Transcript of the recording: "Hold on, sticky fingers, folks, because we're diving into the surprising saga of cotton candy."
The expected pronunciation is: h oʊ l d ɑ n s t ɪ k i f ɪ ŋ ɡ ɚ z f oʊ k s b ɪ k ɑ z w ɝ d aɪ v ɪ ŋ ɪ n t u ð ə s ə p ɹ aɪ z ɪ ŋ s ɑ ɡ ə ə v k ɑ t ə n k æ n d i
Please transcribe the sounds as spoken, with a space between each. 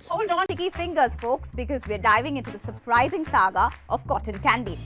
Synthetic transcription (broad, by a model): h oʊ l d ɑ n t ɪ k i f ɪ ŋ ɡ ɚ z f oʊ k s b ɪ k ɑ z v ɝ d aɪ v ɪ ŋ ɪ n t u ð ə s ə p ɹ aɪ z ɪ ŋ s ɑ ɡ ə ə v k ɑ t ə n k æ n d i